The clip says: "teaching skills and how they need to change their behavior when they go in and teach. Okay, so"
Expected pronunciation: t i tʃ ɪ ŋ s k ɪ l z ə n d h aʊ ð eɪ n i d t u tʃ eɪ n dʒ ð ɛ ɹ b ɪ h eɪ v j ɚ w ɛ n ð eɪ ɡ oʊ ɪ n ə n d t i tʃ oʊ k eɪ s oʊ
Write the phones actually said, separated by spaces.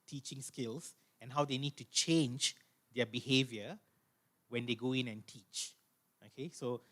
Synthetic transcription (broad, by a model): t i tʃ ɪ ŋ s k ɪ l s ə n h aʊ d eɪ n i d t u tʃ eɪ n dʒ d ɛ b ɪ h eɪ v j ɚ w ɛ n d eɪ ɡ oʊ ɪ n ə n t i tʃ oʊ k eɪ s oʊ